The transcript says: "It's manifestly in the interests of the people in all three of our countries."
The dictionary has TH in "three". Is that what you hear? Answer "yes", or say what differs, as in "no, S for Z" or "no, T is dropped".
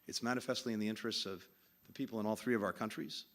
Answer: yes